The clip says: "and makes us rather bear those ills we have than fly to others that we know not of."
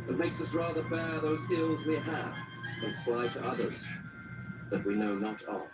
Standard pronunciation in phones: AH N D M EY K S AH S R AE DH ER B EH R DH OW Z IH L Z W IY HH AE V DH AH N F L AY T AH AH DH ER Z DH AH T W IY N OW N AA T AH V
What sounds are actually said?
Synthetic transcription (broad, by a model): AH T M EY K S AH S R AE DH ER B EH R DH OW Z IH L Z W IY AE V DH AH N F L AY T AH AH DH ER Z DH AH T W IY N OW N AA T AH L